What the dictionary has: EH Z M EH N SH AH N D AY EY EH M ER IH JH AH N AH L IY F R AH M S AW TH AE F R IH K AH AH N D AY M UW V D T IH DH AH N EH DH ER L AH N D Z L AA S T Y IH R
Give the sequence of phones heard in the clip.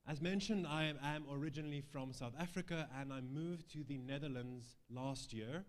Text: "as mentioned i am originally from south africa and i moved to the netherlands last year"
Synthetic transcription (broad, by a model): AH Z M EH N SH AH N D AY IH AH M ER IH JH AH N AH L IY F R AH M S AW TH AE F R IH K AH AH N AY M UW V T IH DH AH N EH DH ER L AH N D Z L AA S T Y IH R